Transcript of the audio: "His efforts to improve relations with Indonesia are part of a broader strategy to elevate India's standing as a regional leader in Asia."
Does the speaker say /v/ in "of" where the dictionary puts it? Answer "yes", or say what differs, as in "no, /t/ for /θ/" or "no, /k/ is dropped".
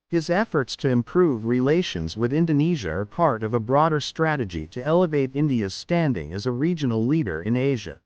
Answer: yes